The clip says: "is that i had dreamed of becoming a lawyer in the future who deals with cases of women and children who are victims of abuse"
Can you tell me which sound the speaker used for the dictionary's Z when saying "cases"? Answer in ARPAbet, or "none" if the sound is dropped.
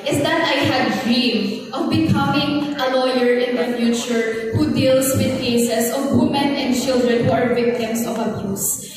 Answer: S